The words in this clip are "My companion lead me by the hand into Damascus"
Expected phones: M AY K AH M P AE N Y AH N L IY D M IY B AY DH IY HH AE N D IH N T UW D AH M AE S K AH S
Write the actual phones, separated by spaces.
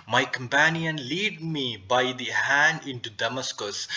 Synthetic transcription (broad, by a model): M AY K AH M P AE N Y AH N L IY D M IY B AY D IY HH AE N D IH N T UW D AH M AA S K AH S